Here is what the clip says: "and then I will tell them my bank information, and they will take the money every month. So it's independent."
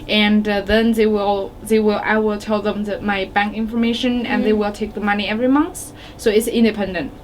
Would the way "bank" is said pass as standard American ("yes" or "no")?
yes